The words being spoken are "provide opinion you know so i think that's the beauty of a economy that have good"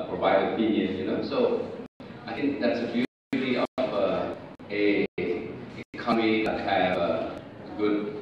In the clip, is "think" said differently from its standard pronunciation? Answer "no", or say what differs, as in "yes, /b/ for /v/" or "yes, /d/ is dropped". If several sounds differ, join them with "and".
yes, /t/ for /θ/